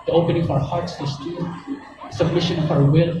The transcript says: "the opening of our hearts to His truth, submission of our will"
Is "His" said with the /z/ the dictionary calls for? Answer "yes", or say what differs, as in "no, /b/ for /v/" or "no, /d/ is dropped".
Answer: no, /s/ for /z/